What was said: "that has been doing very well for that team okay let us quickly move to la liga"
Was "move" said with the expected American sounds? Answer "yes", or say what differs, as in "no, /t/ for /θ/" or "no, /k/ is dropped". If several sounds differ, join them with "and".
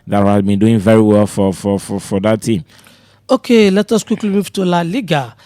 no, /f/ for /v/